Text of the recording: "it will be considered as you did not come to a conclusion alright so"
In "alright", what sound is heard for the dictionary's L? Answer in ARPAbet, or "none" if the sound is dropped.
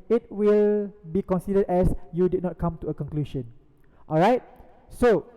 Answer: L